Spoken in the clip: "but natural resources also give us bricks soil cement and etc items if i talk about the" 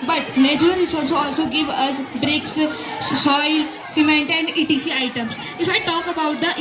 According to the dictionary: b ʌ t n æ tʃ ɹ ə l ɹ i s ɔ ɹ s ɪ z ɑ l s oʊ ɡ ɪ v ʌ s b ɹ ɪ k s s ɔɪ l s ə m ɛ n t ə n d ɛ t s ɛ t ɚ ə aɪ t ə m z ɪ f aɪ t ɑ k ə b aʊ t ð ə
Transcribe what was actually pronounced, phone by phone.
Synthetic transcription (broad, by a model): b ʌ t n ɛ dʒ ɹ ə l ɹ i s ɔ l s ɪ ɑ l s oʊ ɡ ɪ v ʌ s b ɹ ɪ k s s ɔɪ l s ə m ɛ n t ə n d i t i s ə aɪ t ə m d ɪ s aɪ t ɑ k ə b aʊ t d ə